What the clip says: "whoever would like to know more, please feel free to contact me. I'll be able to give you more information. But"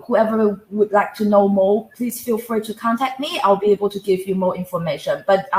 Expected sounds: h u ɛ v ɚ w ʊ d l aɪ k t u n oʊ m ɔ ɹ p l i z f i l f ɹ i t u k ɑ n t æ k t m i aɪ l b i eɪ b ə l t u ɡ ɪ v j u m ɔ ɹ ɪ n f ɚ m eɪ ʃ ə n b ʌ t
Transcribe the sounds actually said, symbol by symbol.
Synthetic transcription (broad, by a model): h u ɛ v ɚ w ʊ d l aɪ k t u n oʊ m ɔ p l i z f i l f ɹ i t u k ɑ n t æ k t m i aɪ l b i eɪ b ə l t u ɡ ɪ v j u m ɔ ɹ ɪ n f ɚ m eɪ ʃ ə n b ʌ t